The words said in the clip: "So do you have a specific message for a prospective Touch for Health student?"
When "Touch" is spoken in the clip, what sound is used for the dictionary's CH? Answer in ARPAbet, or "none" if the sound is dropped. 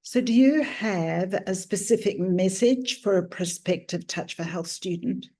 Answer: CH